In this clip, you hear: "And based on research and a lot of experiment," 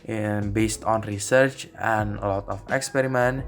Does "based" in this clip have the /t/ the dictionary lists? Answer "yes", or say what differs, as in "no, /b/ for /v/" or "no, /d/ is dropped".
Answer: yes